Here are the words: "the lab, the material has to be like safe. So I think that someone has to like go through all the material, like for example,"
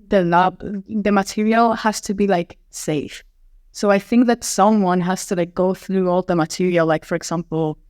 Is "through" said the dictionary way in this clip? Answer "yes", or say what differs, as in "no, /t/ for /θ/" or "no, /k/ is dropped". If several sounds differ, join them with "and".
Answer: yes